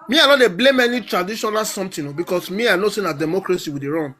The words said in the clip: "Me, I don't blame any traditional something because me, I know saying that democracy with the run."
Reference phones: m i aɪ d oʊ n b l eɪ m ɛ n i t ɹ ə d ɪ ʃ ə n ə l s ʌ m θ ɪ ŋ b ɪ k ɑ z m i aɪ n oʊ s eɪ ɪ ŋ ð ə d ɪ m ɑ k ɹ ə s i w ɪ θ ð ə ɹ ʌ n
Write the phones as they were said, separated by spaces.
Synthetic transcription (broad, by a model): m i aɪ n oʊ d b l eɪ m ɛ n i t ɹ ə d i ʃ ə n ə l s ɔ m t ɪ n b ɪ k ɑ s m i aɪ n oʊ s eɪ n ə d ɪ m ɑ k ɹ ə s i w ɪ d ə ɹ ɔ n